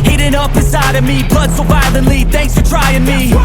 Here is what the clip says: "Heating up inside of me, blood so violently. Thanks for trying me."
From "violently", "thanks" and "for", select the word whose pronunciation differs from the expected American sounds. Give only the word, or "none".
violently